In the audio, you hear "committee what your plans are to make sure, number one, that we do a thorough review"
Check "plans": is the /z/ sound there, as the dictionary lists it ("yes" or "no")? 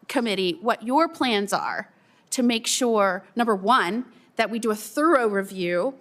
yes